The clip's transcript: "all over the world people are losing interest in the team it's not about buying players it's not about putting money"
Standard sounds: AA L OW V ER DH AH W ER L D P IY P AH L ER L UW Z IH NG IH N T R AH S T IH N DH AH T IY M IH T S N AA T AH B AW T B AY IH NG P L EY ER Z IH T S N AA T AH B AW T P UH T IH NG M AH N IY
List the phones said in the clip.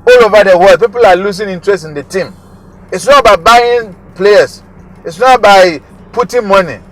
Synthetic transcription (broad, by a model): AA L OW V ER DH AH W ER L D P IY P AH L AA L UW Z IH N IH N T R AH S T IH N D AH T IY M IH T S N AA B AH IH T B AY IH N P L EY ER S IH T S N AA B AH IH P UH T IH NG M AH N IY